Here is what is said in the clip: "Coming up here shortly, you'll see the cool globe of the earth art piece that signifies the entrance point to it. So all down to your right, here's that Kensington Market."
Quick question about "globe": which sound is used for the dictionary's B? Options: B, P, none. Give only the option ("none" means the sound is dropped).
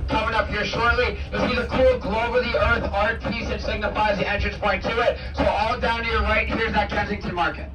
none